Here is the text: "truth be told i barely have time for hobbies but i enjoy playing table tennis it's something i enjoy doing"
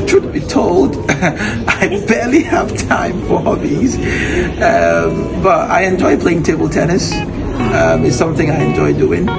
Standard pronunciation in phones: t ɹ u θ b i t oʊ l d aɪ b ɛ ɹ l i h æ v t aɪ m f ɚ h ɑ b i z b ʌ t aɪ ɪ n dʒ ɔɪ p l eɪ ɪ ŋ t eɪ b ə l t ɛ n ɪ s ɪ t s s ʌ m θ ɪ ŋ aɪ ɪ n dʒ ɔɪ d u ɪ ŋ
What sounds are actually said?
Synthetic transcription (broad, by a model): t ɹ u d b i t oʊ l d aɪ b ɛ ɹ l i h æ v t aɪ m f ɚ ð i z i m b ʌ t aɪ ɪ n dʒ ɔɪ p l eɪ ɪ ŋ t eɪ b ə l t ɛ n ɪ s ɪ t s s ʌ m θ ɪ ŋ aɪ ɪ n dʒ ɔɪ d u ɪ ŋ